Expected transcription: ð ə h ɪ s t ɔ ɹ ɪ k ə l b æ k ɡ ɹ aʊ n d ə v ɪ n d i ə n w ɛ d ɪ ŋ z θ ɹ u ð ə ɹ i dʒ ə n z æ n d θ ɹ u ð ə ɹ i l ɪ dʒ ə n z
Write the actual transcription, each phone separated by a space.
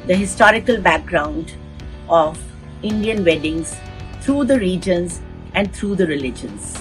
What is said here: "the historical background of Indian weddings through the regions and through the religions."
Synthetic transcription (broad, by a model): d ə h ɪ s t ɔ ɹ ɪ k ə l b æ k ɡ ɹ aʊ n d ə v ɪ n d i ə n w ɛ d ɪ ŋ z t ɹ u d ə ɹ i dʒ ə n z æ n d t ɹ u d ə ɹ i l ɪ dʒ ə n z